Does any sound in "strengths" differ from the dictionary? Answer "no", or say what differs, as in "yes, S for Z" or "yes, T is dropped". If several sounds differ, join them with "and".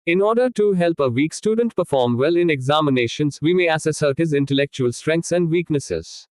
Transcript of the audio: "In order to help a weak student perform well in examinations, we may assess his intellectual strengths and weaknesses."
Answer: yes, T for TH